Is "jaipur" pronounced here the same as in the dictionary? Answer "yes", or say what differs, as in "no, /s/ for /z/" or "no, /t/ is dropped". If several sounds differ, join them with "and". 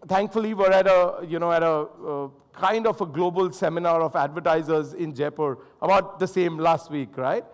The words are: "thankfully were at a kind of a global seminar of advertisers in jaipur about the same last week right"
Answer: yes